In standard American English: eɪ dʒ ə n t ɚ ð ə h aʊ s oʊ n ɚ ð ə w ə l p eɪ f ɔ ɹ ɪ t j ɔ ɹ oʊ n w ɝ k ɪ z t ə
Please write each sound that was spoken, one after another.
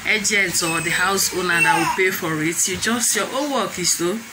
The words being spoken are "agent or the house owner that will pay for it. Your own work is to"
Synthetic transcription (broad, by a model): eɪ dʒ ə n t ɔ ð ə h aʊ s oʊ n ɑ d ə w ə p eɪ f ɔ ɹ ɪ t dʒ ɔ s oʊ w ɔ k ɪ s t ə